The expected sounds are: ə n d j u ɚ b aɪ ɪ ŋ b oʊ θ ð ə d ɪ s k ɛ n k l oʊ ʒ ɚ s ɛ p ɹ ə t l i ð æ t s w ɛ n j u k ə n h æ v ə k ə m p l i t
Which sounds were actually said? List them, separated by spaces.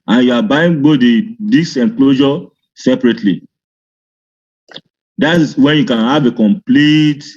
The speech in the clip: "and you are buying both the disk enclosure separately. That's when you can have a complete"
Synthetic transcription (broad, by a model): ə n j u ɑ b aɪ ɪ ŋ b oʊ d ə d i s ɛ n k l oʊ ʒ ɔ s ɛ p ɹ ə t l i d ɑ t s w ɛ n j u k ə n h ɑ v ə k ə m p l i t